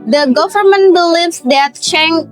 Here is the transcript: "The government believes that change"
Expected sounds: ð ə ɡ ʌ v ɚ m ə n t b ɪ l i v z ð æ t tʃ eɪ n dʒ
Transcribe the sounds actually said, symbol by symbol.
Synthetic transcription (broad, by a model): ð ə ɡ ʌ v ɚ m ə n t b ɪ l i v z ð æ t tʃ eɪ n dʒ